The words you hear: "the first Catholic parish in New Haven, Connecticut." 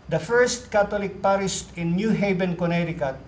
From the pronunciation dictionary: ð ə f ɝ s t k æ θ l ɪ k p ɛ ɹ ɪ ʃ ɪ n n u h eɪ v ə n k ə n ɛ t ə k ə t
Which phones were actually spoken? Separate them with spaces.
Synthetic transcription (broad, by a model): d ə f ɝ s t k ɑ t l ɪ k p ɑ ɹ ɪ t ɪ n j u h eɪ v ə n k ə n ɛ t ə k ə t